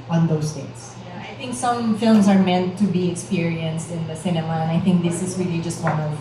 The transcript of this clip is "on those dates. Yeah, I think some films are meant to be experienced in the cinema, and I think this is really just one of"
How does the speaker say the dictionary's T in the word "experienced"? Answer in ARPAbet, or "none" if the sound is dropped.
T